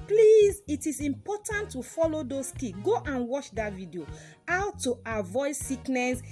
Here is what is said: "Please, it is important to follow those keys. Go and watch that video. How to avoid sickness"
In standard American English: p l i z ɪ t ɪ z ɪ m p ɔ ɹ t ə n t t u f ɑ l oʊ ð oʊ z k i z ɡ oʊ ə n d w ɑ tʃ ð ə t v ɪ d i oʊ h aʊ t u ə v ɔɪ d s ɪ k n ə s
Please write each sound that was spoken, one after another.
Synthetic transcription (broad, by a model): p l i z ɪ t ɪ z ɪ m p ɔ t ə n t t u f ɑ l oʊ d oʊ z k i ɡ oʊ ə n w ɑ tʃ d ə t v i d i oʊ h aʊ t u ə v ɔɪ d s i k n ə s